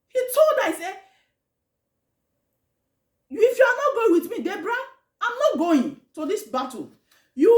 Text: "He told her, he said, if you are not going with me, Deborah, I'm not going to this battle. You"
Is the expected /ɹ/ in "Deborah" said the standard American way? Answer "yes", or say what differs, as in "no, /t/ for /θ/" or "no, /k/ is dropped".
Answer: yes